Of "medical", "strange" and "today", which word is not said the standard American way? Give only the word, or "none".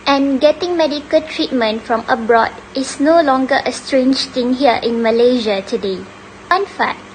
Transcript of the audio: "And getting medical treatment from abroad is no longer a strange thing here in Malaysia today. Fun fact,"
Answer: none